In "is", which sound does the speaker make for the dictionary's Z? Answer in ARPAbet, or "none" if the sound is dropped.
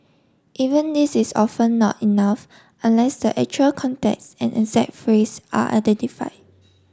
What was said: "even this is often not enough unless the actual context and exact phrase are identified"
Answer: S